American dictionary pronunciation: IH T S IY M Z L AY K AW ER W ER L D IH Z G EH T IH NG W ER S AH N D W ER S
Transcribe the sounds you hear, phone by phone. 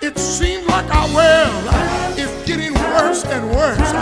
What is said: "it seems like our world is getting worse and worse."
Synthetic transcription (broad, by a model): IH T S IY M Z L AY K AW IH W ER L IH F G EH T IH NG W ER S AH N W ER S